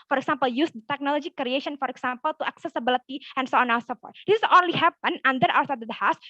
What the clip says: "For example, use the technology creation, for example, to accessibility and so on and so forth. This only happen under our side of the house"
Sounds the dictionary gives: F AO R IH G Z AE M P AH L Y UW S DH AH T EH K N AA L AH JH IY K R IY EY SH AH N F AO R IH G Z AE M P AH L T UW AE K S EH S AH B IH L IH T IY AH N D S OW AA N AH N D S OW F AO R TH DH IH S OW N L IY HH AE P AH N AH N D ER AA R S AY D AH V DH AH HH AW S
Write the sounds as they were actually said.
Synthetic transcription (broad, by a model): F AO R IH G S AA M P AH L Y UW S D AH T EH K N AA L AH JH IY K R IY EY SH AH N F AO R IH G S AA M P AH L T UW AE K S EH S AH B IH L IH T IY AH N S OW AA N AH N S OW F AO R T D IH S OW N L IY HH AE P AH N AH N D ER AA W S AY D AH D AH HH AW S